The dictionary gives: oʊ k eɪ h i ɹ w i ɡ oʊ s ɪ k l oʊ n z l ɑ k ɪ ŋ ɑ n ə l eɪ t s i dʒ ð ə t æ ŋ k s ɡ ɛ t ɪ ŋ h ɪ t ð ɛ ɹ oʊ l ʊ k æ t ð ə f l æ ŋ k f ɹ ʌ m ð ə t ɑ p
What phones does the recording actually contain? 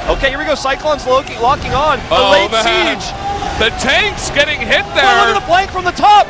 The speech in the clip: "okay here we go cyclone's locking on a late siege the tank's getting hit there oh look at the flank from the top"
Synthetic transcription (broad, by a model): oʊ k eɪ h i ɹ w i ɡ oʊ s ɪ k l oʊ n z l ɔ k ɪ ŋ ɑ n ə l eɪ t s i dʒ ð ə t æ ŋ k s ɡ ɛ t ɪ ŋ h ɪ t ð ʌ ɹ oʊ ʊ ɪ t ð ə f l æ ŋ k f ɹ ʌ m ð ə t ɑ p